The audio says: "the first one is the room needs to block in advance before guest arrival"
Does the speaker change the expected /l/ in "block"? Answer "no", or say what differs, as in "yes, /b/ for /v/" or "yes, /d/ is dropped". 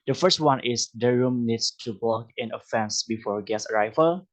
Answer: yes, /l/ is dropped